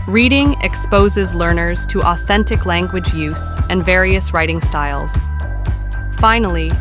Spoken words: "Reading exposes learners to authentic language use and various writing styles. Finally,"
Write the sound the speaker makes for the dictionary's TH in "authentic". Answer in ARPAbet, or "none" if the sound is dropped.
TH